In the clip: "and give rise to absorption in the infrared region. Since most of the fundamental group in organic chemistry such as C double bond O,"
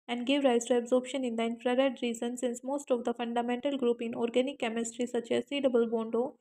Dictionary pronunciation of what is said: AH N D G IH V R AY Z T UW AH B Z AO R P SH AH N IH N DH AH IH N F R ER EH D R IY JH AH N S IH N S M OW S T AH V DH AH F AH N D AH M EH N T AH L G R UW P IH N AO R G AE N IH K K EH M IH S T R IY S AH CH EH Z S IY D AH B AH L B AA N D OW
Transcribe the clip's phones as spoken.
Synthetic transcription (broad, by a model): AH N D G IH V R AY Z T UW AH B Z AO R P SH AH N IH N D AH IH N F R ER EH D R IY Z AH N S IH N S M OW S T AH V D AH F AH N D AH M EH N T AH L G R UW P IH N AO R G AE N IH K K EH M IH S T R IY S AH CH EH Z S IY D AH B AH L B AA N D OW